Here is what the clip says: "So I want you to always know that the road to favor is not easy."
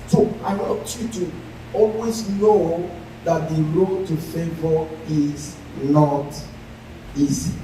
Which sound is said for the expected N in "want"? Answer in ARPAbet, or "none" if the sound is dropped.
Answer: none